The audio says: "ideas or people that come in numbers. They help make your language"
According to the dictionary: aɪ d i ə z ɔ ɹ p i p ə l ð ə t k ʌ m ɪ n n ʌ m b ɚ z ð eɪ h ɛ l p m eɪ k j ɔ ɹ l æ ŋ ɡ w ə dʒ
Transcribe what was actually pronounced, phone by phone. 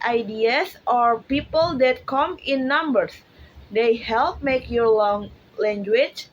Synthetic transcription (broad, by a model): aɪ d i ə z ɔ ɹ p i p ə l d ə t k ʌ m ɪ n n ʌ m b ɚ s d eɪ h ɛ l p m eɪ k j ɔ ɹ l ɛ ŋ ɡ w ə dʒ